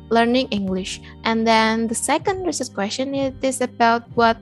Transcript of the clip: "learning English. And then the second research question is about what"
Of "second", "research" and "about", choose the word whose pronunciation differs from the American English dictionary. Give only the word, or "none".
research